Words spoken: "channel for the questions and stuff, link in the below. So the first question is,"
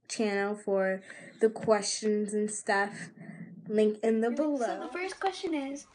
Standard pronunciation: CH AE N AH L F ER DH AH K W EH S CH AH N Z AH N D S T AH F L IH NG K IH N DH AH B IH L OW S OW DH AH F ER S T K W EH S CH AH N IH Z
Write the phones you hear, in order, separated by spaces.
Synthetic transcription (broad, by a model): CH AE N L F ER DH AH K W EH S CH AH N Z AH N S T AH F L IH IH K IH N DH AH B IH L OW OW DH AH F ER S K W EH S CH AH N IH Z